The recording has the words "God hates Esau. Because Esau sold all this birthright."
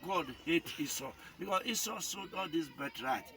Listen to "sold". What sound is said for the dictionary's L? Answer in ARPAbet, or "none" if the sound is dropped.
none